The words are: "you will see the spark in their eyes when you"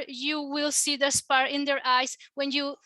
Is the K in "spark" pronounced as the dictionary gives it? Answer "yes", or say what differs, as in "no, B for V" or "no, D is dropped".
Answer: no, K is dropped